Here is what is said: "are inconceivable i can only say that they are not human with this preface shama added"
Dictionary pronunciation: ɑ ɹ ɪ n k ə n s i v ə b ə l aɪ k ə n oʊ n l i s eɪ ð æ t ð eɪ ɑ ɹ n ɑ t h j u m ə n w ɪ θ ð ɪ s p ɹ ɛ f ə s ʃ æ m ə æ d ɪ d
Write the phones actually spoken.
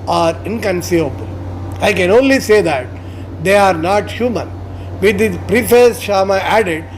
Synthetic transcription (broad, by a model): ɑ ɹ ɪ n k ə n s i v ə b ə l aɪ k ə n oʊ n l i s eɪ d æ t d eɪ ɑ ɹ n ɑ t h j u m ə n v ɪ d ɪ p ɹ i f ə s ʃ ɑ m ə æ d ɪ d